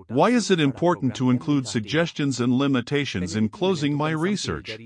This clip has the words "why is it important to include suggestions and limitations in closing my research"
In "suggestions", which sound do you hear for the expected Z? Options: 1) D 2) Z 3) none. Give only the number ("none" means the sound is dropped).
2